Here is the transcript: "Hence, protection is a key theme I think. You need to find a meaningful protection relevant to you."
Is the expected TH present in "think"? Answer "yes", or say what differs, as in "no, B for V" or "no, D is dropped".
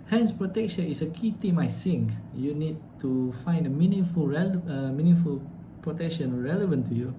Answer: no, S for TH